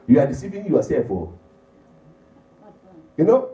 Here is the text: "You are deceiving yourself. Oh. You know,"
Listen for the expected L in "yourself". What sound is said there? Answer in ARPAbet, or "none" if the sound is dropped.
none